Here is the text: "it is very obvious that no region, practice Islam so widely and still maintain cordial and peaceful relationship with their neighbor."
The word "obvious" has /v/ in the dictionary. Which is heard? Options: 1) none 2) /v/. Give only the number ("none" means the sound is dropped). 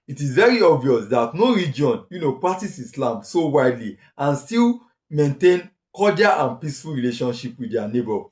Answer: 2